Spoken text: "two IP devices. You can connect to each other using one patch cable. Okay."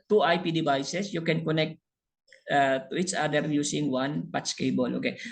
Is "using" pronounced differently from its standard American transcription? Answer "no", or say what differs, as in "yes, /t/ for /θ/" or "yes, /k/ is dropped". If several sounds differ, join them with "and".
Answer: yes, /s/ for /z/